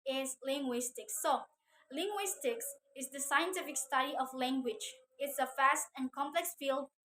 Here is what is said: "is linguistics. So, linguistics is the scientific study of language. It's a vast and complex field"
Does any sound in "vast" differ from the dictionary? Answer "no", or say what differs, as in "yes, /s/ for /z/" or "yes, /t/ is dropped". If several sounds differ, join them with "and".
yes, /f/ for /v/